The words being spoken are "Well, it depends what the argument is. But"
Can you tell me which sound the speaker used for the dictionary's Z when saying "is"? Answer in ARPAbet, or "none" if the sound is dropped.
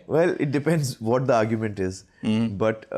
Z